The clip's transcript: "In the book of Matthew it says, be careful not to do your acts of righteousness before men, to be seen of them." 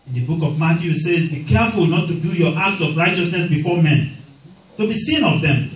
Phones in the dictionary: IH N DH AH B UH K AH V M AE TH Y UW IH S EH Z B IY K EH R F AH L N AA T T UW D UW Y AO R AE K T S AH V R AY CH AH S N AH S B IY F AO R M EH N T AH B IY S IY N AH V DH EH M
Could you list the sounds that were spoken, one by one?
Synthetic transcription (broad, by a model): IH N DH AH B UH K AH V M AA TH Y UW S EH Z B IY K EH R F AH L N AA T T UW D UW Y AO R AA K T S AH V R AY CH AH S N AH S B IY F AO M EH N T AH B IY S IY N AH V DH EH M